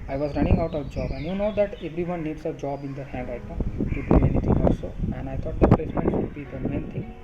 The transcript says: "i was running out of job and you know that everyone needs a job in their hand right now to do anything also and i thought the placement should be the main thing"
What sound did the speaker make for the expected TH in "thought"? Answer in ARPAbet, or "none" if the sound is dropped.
T